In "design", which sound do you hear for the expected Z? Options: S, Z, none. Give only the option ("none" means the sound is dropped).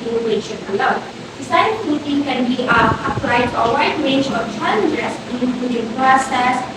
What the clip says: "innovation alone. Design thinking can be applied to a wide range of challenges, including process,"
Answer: S